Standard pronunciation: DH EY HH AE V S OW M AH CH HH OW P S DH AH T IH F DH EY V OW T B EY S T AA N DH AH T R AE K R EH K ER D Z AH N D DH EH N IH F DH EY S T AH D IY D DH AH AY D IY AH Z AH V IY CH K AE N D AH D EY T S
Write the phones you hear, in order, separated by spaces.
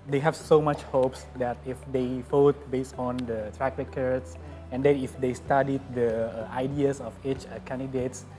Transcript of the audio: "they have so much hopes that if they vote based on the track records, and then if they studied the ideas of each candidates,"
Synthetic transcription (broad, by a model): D EY HH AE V S OW M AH CH HH OW P S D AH T IH F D EY F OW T B EY S T AA N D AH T R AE K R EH K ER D S AH N D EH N IH F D EY S T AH D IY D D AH AY D IY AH S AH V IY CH K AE N D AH D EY T S